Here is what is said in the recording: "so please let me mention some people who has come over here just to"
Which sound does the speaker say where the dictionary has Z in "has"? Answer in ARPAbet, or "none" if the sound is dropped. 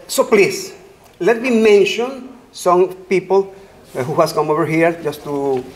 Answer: S